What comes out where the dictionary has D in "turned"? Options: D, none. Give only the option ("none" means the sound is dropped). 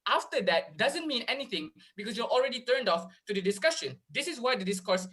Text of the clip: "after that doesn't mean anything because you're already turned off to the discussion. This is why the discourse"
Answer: D